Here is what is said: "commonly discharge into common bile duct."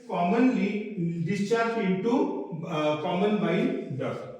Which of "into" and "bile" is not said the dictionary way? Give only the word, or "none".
bile